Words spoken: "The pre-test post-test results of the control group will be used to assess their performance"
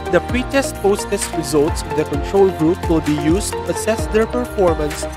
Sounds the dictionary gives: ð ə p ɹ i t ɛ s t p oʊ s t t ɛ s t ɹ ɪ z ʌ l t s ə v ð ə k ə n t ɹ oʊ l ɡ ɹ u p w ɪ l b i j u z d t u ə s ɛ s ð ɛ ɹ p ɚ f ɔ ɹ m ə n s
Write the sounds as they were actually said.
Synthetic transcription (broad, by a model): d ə p ɹ i t ɛ s t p oʊ s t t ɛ s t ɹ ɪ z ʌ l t s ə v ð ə k ə n t ɹ oʊ l ɡ ɹ u p w ɪ l b i j u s t u ə s ɛ s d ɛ ɹ p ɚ f ɔ ɹ m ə n s